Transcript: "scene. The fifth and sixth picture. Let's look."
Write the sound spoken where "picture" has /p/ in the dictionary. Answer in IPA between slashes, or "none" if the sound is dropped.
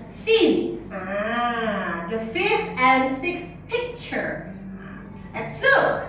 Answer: /p/